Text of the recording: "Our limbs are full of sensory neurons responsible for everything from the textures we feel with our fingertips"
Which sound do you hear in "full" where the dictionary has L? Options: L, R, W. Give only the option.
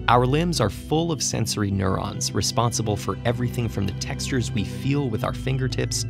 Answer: L